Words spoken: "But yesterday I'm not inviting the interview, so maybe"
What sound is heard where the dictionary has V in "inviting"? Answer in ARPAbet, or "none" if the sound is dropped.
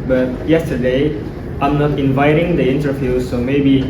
V